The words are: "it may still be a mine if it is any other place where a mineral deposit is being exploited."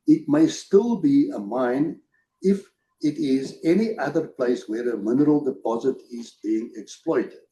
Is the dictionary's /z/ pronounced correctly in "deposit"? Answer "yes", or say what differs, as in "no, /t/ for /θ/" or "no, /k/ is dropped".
yes